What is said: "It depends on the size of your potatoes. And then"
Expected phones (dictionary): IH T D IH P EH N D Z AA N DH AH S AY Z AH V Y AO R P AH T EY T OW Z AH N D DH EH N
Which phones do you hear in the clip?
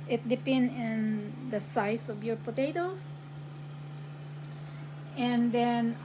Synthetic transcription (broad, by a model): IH T D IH P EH N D IH N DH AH S AY S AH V Y AO R P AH T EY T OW S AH N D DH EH N